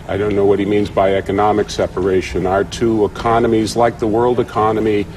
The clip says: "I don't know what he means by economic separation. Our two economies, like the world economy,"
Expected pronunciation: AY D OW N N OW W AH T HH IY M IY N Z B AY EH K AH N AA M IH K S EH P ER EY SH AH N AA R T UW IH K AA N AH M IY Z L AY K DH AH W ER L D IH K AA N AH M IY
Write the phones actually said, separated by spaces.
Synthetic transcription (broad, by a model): AY D OW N N OW W AH T HH IY M IY N Z B AY EH K AH N AA M IH K S EH P ER EY SH AH N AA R T UW IH K AA N AH M IY Z L AY K DH AH W ER L D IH K AA N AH M IY